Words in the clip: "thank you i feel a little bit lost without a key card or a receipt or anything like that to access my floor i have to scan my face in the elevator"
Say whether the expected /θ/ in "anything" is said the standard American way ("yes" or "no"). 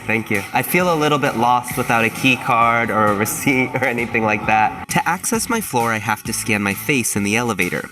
yes